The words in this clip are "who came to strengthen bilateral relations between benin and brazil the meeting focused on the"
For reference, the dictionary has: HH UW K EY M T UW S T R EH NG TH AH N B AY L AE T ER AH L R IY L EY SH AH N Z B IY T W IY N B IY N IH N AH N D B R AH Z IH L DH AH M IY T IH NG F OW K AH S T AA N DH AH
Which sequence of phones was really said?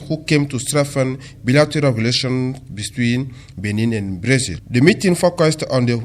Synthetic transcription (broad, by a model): HH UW K EY M T UW S T R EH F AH N B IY L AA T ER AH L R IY L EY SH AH N B IY T W IY N B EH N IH N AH N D B R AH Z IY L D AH M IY T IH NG F OW K AH S T AA N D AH